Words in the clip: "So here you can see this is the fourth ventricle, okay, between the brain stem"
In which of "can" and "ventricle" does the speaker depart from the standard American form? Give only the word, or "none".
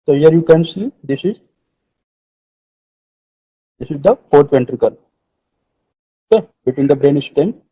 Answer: none